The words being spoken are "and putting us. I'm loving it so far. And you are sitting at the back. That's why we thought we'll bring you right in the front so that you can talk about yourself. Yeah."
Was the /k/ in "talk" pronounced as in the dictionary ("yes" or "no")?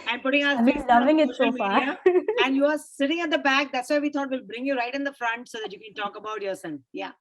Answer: yes